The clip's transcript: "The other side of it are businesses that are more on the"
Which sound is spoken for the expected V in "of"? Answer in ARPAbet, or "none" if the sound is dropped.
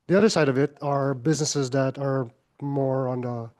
V